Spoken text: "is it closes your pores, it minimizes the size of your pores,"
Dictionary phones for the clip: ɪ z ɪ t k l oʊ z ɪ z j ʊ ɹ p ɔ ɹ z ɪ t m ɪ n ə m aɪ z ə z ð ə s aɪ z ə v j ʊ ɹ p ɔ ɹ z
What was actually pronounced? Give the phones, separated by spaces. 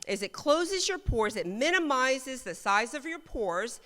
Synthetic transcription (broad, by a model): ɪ z ɪ t k l oʊ z ɪ z j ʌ ɹ p ɔ ɹ z ɪ t m ɪ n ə m aɪ z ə z ð ə s aɪ z ə v j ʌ ɹ p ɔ ɹ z